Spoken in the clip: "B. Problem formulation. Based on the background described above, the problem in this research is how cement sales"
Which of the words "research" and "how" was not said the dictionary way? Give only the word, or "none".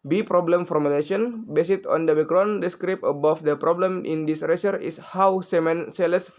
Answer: research